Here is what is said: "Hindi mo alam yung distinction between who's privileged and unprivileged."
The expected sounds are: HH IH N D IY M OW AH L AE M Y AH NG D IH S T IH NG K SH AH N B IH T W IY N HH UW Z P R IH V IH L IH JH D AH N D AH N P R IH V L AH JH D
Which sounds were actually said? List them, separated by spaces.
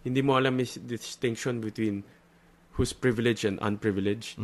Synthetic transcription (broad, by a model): HH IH N D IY M OW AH L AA M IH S D IH S T IH NG K SH AH N B IH T W IY N HH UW S P R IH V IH L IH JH AH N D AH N P R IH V L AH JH